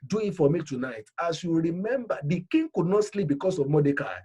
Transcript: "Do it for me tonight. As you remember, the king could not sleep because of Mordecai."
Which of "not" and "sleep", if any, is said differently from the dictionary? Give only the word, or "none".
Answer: none